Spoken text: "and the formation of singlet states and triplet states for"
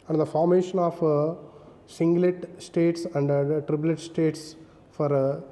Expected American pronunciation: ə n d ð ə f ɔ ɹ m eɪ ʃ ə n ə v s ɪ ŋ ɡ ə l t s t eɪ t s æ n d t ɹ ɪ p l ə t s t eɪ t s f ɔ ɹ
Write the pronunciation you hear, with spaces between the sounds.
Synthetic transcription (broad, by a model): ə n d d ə f ɔ ɹ m eɪ ʃ ə n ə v s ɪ ŋ ɡ l t s t eɪ t s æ n d t ɹ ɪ b l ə t s t eɪ t s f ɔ ɹ